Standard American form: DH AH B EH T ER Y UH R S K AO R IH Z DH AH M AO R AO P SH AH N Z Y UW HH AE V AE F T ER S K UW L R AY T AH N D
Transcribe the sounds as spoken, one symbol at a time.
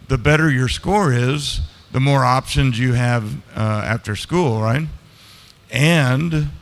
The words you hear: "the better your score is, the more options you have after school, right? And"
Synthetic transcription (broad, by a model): DH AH B EH T ER Y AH R S K AO R IH Z DH AH M AO R AO P SH AH N Z Y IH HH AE V AE F T ER S K UW L R AY T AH N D